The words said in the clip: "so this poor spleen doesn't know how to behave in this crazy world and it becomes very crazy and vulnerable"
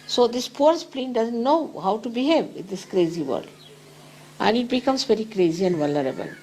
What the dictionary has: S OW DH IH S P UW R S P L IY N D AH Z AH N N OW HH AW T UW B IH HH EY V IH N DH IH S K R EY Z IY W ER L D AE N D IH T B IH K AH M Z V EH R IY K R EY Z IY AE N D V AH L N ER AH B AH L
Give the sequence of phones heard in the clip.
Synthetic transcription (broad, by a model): S OW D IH S P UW R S P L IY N D AH Z AH N N OW HH AW T UW B IH HH EY V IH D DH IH S K R EY Z IY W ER D AE N D IH T B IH K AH M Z V EH R IY K R EY Z IY AE N D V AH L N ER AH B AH L